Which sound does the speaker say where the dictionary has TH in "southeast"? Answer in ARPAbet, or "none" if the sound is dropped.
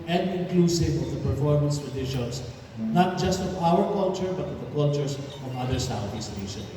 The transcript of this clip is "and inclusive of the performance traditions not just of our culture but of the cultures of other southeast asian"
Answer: T